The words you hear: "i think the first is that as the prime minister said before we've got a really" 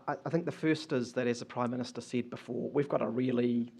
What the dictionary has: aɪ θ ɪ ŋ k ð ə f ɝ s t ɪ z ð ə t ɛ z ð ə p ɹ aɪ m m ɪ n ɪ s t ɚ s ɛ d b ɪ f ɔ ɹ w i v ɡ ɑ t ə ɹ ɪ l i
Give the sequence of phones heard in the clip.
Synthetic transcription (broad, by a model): aɪ θ ɪ ŋ k ð ə f ɝ s t ɪ z ð ə t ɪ z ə p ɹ aɪ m m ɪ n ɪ s t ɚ s ɛ d b ɪ f ɔ ɹ w i v ɡ ɑ t ə ɹ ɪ l i